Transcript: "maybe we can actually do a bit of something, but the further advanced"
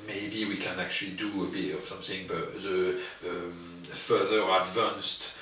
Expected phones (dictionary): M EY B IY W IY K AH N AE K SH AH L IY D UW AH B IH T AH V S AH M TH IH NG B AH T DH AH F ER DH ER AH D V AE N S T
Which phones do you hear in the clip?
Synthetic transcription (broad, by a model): M EY B IY W IY K AH N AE K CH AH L IY D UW AH B IH T AH V S AH M TH IH NG B AH T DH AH F ER DH ER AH D V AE N S T